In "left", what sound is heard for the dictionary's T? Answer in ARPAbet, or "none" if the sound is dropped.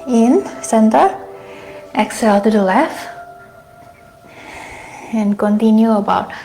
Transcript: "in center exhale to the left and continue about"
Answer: none